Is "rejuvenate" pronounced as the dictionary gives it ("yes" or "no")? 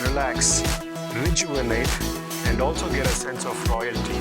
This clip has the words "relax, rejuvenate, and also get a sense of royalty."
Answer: no